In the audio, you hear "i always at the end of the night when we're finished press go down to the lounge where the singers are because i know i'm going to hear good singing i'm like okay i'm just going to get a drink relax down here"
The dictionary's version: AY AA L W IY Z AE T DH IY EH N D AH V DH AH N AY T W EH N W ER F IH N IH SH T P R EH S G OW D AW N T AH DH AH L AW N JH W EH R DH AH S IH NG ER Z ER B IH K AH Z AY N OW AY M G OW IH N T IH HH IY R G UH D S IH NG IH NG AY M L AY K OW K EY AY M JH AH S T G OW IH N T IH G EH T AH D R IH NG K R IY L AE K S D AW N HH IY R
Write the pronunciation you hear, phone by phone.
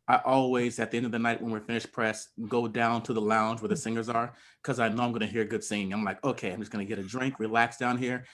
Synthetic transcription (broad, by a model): AY AA L W IY Z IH T DH IY EH N D AH V DH AH N AY T W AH N W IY F IH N IH SH P R EH S G OW D AW N T AH DH AH L AW N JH W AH R DH AH S IH NG ER Z ER K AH Z AY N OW AY M G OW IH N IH HH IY R G UH D S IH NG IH NG AY M L AY K OW K EY AY M JH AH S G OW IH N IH G EH T AH D R IH NG K R IY L AE K S D AW N HH IY R